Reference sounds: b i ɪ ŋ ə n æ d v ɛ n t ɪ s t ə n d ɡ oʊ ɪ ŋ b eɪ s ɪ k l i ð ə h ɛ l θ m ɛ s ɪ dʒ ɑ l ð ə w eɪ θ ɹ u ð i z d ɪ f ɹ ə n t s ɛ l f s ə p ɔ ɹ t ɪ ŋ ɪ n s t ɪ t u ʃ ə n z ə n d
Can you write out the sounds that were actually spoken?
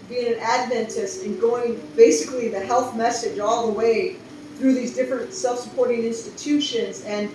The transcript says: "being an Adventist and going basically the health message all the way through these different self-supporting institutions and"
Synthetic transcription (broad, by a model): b i ɪ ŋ ə n æ d v ɛ n t ɪ s t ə n ɡ oʊ ɪ ŋ b eɪ s ɪ k l i ð ə h ɛ l θ m ɛ s ɪ dʒ ɑ l ð ə w eɪ θ ɹ u ð i z d ɪ f ɹ ə n t s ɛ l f s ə p ɔ ɹ t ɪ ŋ ɪ n s t ɪ t u ʃ ə n z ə n